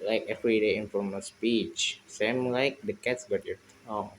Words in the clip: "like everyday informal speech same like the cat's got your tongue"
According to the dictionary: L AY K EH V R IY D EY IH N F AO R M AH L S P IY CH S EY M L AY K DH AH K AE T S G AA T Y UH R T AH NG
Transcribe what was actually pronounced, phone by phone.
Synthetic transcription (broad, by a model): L AY K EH F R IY D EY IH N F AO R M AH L S P IY CH S EY M L AY K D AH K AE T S G AA T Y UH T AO